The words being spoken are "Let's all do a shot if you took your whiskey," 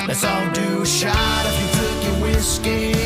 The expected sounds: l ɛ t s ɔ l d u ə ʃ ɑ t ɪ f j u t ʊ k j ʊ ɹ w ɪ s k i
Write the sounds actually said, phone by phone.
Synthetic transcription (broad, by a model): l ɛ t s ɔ n d u ʃ ɑ t ɪ f j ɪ t ʊ k j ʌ w ɪ s k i